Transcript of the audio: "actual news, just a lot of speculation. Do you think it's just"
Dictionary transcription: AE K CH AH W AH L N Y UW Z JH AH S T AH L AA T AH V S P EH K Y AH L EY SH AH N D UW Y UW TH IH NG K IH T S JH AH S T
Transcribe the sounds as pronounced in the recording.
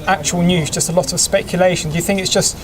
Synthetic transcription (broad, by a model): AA K CH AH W AH L N Y UW Z JH AH S T AH L AA T AH V S P EH K Y AH L EY SH AH N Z Y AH TH IH NG K IH T S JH AH S T